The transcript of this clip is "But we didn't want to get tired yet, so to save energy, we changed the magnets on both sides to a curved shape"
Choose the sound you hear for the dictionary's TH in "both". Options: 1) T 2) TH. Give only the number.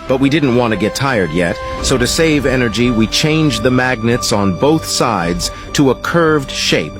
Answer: 2